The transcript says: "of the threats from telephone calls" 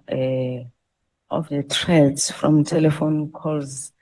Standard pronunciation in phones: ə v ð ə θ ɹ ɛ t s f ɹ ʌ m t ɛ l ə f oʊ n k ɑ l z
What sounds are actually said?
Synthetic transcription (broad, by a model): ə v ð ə t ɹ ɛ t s f ɹ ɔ m t ɛ l ə f oʊ n k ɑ l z